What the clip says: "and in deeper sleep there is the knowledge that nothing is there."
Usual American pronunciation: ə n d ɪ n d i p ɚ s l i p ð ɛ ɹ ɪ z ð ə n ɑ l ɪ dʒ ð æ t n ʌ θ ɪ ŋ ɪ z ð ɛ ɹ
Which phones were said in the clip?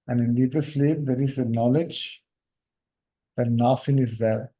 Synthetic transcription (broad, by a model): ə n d ɪ n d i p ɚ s l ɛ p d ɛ ɹ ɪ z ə n ɑ l ɪ dʒ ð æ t n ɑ s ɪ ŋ ɪ z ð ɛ ɹ